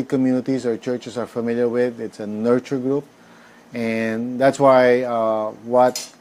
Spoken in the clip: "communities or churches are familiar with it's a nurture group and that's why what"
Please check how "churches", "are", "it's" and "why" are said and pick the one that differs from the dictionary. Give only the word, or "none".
churches